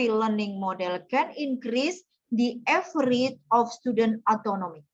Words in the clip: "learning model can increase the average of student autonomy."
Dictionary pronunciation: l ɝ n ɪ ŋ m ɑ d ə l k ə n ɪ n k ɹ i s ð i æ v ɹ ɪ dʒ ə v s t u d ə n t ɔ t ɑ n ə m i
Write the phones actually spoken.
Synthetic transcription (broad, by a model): l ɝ n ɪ ŋ m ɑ d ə l k ə n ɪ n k ɹ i s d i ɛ f ɹ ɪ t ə f s t u d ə n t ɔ t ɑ n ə m i